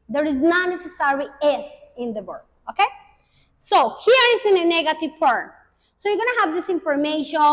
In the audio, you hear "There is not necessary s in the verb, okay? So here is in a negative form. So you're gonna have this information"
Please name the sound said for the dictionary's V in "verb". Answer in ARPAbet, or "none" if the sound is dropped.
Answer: W